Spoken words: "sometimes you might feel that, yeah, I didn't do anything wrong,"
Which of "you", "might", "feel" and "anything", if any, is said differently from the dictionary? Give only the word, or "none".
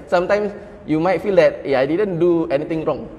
anything